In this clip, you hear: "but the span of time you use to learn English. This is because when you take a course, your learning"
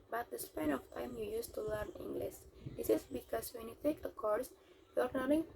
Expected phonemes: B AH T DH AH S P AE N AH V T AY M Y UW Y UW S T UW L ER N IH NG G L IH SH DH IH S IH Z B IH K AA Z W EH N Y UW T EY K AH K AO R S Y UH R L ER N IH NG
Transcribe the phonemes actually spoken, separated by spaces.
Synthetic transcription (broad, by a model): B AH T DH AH S P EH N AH F T AY M Y UW Y UW S T UW L ER N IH NG G L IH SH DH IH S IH S B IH K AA S W EH N Y UW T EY K AH K AO R S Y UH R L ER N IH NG